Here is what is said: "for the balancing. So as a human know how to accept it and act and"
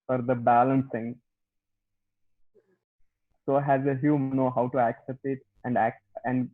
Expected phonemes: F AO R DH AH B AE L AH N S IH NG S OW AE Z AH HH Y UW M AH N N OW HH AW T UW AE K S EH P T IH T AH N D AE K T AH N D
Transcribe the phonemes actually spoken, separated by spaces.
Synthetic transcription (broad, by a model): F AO R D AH B AE L AH N S IH NG S OW AE Z AH HH Y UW M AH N N OW HH AW T UW AE K S EH P T IH T AH N D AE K AH N D